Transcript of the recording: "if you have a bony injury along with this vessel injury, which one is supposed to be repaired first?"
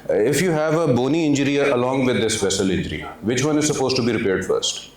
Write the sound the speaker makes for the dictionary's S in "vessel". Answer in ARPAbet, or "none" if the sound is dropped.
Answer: SH